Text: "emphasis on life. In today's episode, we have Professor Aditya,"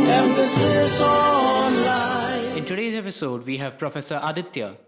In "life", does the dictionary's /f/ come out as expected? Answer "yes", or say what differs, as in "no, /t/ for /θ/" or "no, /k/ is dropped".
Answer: no, /f/ is dropped